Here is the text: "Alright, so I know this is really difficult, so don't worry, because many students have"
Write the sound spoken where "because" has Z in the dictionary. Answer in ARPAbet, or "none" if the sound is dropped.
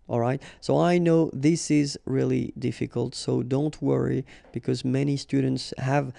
Z